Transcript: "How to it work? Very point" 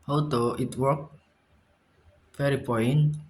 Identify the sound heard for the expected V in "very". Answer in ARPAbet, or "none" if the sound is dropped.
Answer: F